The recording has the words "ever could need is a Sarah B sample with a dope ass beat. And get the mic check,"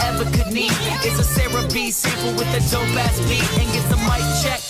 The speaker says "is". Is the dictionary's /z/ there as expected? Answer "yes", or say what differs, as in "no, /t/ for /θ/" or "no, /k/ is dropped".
no, /s/ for /z/